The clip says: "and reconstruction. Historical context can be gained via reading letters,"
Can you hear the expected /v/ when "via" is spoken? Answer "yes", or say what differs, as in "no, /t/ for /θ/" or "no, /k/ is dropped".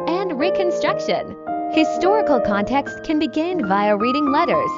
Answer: yes